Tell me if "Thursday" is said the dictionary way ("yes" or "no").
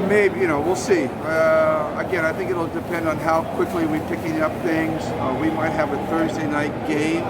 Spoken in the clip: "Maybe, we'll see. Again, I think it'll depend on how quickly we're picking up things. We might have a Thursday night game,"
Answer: yes